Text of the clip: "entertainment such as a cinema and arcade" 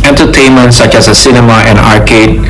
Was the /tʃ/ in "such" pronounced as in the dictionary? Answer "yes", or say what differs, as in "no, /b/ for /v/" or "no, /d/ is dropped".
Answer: yes